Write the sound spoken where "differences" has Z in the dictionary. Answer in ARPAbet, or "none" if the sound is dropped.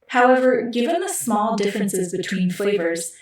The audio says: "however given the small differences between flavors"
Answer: Z